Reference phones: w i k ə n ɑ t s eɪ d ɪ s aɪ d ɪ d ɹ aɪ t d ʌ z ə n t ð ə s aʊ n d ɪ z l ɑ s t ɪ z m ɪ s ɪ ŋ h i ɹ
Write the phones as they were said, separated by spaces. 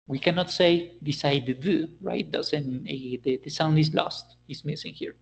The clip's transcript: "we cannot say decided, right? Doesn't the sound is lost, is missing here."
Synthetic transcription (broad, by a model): w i k ə n ɑ t s eɪ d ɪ s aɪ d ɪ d ɹ aɪ t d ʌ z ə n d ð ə s aʊ n d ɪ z l ɑ s t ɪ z m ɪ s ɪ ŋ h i ɹ